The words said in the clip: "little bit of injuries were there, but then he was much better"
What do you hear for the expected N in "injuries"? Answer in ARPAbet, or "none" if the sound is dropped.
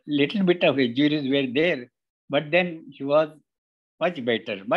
none